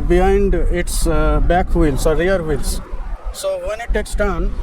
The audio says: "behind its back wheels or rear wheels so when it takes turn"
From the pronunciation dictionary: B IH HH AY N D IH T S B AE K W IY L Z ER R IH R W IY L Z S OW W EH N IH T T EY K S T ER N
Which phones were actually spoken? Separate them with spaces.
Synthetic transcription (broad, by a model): B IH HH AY N D IH T S B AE K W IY L S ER R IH R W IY L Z S OW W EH N IH T T EY K S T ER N